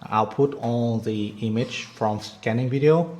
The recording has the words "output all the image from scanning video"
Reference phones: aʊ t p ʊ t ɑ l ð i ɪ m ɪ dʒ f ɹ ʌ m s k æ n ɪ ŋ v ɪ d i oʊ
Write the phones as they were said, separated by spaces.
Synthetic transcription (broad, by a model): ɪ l p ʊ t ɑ n ð i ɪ m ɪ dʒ f ɹ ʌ m s k æ n ɪ ŋ v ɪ d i oʊ